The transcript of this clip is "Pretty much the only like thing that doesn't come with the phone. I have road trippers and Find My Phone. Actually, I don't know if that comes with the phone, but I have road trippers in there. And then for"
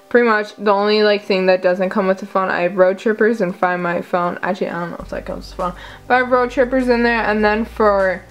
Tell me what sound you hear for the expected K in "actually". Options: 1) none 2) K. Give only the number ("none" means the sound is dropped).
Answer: 1